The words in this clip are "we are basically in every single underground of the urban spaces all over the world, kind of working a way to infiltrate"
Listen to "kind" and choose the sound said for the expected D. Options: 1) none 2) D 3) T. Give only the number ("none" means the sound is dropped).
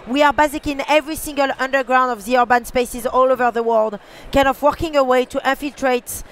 1